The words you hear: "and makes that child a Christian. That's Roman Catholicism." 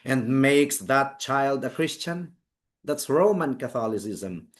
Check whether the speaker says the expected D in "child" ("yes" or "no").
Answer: yes